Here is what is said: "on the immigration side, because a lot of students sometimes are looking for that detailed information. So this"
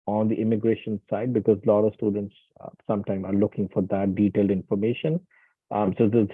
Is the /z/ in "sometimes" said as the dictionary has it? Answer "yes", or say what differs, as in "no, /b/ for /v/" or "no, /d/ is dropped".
no, /z/ is dropped